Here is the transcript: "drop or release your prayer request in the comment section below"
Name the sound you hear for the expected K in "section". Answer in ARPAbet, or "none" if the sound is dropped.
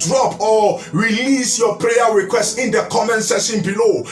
none